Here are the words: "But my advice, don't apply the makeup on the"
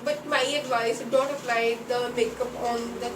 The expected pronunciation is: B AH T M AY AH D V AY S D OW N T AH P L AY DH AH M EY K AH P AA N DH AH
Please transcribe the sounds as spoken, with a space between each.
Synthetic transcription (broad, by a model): B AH T M AY AH D V AY S D OW N T AH P L AY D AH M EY K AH P AA N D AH